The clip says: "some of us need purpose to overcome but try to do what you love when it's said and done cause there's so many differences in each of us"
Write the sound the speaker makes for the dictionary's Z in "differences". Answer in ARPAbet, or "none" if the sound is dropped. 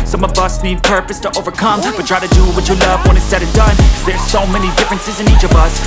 Z